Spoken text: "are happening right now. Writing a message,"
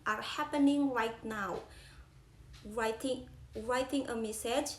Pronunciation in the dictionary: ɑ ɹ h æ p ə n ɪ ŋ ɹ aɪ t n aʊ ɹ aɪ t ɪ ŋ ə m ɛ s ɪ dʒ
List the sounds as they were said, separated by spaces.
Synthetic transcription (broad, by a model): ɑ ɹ h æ p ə n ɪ ŋ ɹ aɪ t n aʊ ɹ aɪ t ɪ ŋ ə m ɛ s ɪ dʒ